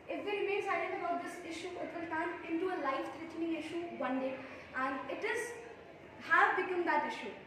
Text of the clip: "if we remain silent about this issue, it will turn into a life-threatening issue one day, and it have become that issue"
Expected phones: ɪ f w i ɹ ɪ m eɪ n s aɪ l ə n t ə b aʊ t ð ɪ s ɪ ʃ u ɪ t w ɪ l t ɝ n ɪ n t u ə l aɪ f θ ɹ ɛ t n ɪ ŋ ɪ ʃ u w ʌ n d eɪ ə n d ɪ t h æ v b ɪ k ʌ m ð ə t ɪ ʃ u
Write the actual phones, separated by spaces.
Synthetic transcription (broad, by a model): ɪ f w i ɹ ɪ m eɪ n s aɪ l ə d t ə b aʊ t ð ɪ s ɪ ʃ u ɪ t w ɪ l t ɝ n ɪ n t u ə l aɪ f t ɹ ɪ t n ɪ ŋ ɪ ʃ u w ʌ n d eɪ ə n d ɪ t h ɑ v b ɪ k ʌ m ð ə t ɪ ʃ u